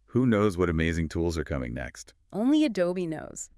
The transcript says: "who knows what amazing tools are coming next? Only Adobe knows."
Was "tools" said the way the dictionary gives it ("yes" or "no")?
yes